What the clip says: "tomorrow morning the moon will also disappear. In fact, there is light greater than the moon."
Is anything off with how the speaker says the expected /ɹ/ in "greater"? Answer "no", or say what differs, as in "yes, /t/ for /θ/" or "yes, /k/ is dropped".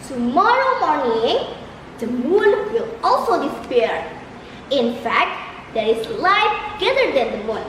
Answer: yes, /ɹ/ is dropped